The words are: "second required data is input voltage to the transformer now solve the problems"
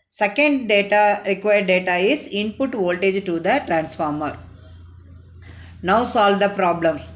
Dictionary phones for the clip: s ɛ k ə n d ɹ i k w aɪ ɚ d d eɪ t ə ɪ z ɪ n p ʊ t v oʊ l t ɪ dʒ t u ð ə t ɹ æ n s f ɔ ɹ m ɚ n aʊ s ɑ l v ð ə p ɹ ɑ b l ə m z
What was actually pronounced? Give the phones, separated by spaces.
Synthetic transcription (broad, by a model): s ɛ k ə n d ɹ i k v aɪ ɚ d d eɪ t ə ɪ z ɪ n p ʊ t v oʊ l t ɪ dʒ t u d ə t ɹ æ n s f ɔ ɹ m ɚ n aʊ s ɑ l v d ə p ɹ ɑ b l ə m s